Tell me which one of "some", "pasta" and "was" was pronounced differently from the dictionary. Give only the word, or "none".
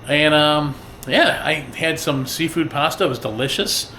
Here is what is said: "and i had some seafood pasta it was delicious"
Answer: none